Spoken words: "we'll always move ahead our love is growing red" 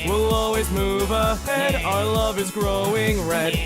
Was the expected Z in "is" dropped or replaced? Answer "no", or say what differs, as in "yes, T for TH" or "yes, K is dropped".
no